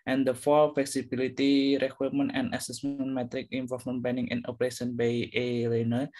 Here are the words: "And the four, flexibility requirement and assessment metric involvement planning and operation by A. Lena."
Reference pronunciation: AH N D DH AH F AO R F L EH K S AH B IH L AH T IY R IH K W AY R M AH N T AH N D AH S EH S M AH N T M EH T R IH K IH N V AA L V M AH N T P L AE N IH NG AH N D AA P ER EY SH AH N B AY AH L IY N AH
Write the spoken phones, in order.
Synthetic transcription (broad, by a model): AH N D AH F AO L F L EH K S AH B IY L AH T IY R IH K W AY M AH N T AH N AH S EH S M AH N M EH T R IH K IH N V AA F M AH N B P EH N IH NG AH N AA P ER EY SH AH N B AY AH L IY N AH